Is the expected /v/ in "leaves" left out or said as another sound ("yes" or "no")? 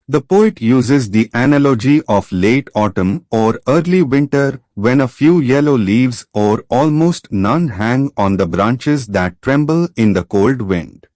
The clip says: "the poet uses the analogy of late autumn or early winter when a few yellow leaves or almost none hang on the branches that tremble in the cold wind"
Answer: no